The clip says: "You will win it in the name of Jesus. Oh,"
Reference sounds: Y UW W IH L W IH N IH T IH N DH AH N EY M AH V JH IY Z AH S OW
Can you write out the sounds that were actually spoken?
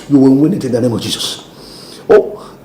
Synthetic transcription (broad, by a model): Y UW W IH N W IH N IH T IH N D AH N EY M AH V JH IY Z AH S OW